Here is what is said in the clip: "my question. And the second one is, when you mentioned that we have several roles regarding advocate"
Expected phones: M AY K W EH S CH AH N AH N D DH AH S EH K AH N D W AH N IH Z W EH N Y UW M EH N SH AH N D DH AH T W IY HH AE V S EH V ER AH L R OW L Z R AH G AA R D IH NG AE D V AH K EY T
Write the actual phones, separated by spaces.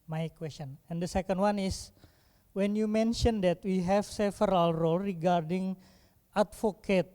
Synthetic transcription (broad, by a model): M AY K W EH S CH AH N AH N D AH S EH K AH N D W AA N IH S W EH N Y UW M EH N SH AH N D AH T W IY HH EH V S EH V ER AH L R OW L R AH G AA R D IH NG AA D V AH K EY T